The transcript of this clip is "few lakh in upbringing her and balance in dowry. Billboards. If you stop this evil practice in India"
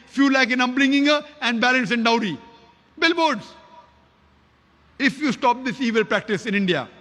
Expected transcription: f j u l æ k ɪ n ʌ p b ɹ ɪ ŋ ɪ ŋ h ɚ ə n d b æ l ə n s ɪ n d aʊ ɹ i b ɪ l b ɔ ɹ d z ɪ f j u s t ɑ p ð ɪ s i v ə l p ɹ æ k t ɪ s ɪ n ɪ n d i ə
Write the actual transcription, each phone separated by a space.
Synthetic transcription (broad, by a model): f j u l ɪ k ɪ n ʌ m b l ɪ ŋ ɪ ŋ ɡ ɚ ə n d b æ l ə n s ɪ n d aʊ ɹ i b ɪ l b ɔ ɹ d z ɪ f j u s t ɑ p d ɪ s i v ə l p ɹ æ k t ɪ s ɪ n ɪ n d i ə